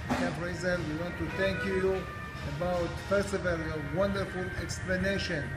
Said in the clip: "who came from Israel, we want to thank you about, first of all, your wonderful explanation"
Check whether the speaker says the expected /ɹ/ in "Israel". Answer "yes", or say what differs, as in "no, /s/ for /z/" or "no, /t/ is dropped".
no, /ɹ/ is dropped